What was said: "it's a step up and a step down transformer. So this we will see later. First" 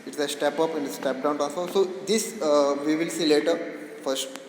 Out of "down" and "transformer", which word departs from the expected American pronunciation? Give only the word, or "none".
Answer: transformer